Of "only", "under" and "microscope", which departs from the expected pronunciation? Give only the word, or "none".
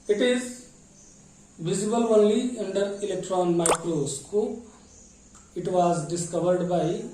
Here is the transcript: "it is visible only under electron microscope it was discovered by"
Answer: microscope